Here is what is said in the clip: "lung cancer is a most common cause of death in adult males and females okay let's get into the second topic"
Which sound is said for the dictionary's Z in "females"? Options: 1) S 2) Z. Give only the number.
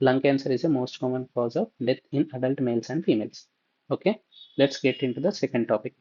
1